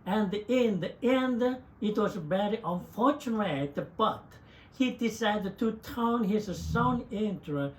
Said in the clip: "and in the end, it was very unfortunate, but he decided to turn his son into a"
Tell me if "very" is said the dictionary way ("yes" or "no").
no